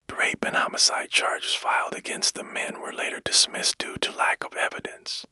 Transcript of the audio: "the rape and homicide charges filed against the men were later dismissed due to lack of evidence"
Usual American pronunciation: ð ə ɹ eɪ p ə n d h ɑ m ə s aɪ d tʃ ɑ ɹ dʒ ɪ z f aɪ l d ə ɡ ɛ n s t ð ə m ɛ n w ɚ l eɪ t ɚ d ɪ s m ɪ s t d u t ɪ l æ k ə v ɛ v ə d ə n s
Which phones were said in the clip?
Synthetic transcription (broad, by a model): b ɹ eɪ b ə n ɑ m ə s aɪ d tʃ ɑ ɹ dʒ ɪ z f aɪ l d ə ɡ ɛ n s t ð ə m ɛ n w ɚ l eɪ t ɚ d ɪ s m ɪ s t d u t ɪ l æ k ə v ɛ v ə d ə n s